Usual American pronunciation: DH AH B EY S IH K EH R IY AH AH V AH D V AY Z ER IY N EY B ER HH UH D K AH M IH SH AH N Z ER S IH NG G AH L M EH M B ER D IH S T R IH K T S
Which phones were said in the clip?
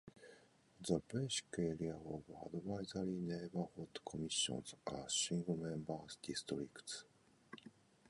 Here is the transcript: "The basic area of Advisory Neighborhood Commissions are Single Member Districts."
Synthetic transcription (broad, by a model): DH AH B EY SH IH K EH R IY AH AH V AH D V AY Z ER IY N EY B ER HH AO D K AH M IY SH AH N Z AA SH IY NG G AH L M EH M B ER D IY S T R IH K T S